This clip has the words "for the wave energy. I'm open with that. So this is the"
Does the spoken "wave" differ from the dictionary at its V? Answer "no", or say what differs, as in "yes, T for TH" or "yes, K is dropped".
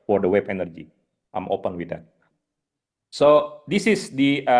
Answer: yes, B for V